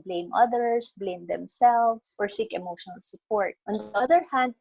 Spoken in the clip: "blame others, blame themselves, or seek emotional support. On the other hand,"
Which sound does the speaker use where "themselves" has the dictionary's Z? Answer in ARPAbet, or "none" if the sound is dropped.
S